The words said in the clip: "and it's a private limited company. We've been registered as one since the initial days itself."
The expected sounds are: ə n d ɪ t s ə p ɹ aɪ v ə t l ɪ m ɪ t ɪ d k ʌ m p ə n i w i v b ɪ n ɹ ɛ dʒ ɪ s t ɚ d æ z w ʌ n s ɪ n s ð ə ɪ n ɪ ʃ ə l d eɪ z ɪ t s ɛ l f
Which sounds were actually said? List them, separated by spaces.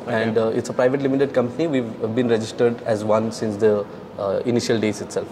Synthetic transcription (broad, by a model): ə n d ɪ t s ə p ɹ aɪ v ə t l ɪ m ɪ t ɪ d k ʌ m p ə n i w i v b ɪ n ɹ ɛ dʒ ɪ s t ɚ d æ z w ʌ n s ɪ n s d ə ɪ n ɪ ʃ ə l d eɪ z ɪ t s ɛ l f